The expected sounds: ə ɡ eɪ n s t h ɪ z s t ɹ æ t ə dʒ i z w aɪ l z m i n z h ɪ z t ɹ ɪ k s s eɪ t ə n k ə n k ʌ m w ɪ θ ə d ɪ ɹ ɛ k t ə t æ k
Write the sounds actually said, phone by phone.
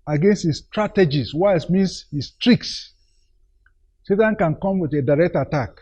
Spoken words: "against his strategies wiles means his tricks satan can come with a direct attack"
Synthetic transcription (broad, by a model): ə ɡ eɪ n s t h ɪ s t ɹ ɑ t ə dʒ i s w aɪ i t m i n s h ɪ s t ɹ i k s s eɪ t ə n k ə n k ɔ m w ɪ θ ə d ɪ ɹ ɛ k t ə t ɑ k